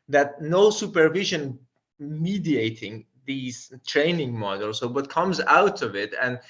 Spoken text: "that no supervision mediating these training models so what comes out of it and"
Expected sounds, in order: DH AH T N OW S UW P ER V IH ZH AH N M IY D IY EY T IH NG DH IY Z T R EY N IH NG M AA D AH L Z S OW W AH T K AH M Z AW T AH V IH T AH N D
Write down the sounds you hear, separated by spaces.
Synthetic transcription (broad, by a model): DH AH T N OW S UW P ER V IH ZH AH N M IY D IY EY T IH NG DH IY Z T R EY N IH NG M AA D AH L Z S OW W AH T K AH M Z AW T AH V IH T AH N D